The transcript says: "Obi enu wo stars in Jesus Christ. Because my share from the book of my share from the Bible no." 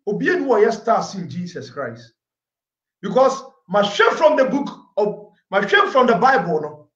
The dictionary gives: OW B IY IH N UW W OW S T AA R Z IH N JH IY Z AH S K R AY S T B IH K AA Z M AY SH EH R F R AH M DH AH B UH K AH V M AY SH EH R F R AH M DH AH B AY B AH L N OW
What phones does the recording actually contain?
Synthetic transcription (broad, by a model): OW B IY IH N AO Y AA S T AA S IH L JH IY S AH S K R AY S T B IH K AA S M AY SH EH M F R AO M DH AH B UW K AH M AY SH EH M F R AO M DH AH B AY B AH L N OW